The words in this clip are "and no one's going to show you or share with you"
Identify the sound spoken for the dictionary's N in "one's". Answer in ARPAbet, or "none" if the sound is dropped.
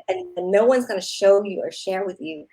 N